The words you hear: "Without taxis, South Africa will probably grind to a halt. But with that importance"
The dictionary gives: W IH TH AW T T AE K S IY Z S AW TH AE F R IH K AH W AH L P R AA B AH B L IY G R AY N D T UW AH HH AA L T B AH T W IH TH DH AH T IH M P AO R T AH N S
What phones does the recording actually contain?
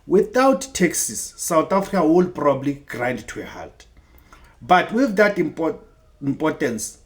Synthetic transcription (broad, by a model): W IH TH AW T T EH K S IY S AW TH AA F R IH K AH W AH L P R AA B AH B L IY G R AY N D T UW AH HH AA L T B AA T W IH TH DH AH T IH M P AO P T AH N S